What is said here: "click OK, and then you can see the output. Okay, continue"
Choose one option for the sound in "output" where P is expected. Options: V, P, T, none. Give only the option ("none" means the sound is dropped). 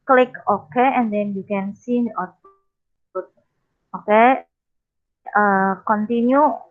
none